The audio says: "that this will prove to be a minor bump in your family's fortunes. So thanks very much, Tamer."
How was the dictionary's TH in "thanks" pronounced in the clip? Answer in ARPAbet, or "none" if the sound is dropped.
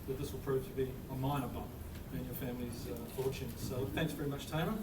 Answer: TH